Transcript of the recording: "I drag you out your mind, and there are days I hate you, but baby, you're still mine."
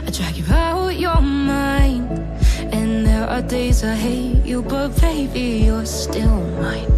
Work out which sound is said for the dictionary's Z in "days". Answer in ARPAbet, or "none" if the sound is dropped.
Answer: Z